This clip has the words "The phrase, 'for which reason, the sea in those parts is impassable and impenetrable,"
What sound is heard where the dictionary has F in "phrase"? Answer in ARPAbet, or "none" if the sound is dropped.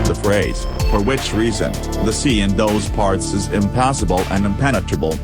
F